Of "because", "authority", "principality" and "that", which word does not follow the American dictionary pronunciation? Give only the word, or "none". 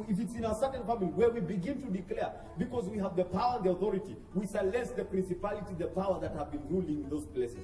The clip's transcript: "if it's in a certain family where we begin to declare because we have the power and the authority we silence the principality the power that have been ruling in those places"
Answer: none